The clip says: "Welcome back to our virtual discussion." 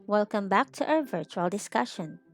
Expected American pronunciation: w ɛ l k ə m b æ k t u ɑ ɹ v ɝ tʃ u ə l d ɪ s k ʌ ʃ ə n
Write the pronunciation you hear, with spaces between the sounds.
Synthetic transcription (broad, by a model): w ɛ l k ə m b æ k t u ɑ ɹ v ɝ tʃ u ə l d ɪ s k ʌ ʃ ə n